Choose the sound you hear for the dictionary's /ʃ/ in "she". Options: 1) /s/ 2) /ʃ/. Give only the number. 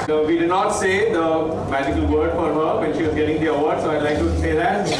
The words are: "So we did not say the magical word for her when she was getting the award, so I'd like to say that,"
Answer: 2